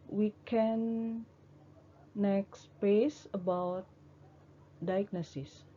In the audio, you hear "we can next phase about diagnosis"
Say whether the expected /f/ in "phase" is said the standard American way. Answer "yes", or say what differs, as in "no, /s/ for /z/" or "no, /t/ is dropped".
no, /p/ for /f/